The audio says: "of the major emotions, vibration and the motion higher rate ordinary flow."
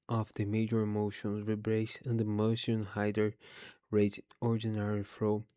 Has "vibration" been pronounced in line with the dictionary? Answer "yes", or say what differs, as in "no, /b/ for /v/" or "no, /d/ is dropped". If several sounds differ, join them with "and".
no, /ʃ/ is dropped